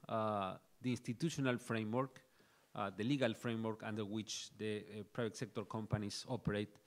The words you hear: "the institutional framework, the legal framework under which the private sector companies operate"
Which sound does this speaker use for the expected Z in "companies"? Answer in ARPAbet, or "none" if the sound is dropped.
S